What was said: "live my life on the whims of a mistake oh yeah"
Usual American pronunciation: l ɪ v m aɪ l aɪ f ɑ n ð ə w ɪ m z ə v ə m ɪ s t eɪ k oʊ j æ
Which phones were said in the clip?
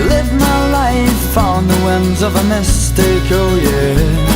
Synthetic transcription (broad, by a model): l ɪ v m aɪ l aɪ f ɑ n ð ə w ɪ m z ə v ə m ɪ s t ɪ k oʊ j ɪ